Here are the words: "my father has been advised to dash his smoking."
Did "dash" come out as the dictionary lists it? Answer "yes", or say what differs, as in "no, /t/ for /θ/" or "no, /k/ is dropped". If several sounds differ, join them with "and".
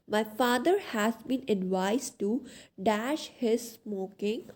yes